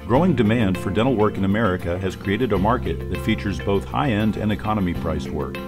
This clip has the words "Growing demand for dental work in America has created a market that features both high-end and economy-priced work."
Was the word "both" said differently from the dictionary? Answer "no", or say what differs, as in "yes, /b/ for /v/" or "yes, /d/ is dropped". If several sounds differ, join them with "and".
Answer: no